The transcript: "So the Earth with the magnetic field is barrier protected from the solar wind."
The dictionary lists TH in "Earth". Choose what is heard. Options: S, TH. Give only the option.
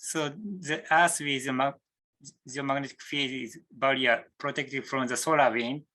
S